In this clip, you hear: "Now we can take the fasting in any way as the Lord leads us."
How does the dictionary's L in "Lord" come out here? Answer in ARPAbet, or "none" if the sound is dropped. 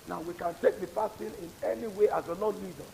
N